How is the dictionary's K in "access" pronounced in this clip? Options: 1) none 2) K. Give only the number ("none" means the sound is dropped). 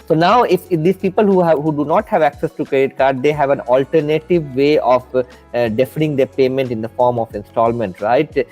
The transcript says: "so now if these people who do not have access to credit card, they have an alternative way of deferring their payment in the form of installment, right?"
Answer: 2